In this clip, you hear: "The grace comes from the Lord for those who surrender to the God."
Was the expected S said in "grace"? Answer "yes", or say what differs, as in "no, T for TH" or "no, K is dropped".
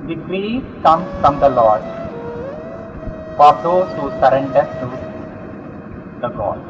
no, S is dropped